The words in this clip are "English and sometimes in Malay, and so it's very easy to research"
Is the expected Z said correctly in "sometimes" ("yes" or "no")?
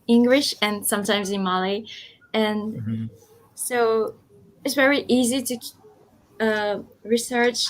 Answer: yes